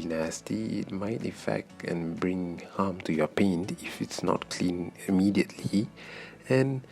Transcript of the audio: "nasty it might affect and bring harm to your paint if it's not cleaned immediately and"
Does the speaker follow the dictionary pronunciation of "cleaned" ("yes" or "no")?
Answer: no